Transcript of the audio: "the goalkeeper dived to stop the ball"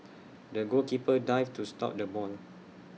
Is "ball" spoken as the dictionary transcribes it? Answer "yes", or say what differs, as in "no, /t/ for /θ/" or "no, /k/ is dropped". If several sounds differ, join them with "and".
no, /n/ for /l/